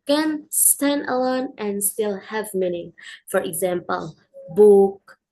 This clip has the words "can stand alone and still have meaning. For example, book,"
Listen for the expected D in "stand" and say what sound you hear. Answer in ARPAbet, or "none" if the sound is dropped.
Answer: D